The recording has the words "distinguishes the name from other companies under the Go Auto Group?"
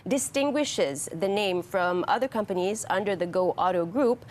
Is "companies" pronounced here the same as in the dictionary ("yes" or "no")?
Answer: yes